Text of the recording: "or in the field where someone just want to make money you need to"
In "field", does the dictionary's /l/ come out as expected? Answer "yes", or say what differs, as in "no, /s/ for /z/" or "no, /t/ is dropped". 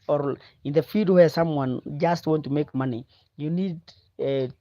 no, /l/ is dropped